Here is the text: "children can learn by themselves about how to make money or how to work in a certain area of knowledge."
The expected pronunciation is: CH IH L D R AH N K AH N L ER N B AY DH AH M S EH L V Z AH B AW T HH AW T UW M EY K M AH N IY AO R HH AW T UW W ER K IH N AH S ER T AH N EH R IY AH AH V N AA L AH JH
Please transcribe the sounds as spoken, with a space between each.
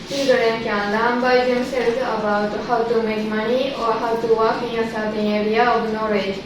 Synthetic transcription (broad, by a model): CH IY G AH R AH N K AH N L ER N B AY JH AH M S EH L Z AH B AW T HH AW T UW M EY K M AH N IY AO R HH AW T UW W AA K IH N AH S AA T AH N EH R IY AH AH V N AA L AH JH